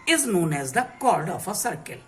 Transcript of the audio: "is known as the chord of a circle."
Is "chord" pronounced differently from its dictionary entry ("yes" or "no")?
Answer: no